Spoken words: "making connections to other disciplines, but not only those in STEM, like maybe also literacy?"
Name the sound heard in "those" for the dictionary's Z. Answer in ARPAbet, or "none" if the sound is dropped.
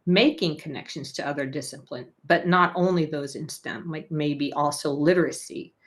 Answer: Z